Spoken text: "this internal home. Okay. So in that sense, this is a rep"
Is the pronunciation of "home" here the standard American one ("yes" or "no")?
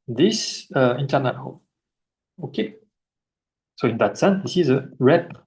no